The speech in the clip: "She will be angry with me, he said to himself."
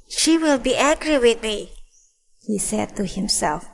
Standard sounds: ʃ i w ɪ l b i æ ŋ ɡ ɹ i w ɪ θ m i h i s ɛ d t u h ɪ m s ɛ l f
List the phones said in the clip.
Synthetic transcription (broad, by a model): ʃ i w ɪ l b i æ ɡ ɹ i w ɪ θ m i h i s ɛ d t u h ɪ m s ɛ l f